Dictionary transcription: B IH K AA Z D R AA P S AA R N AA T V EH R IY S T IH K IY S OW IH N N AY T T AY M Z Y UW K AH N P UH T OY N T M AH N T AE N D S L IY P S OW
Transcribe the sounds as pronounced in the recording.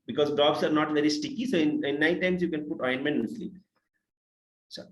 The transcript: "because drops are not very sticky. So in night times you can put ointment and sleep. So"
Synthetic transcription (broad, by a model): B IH K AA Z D R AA B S AA R N AA T V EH R IY S T IH K IY S OW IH N N AY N T AY M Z Y UW K AH N P UH T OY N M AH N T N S L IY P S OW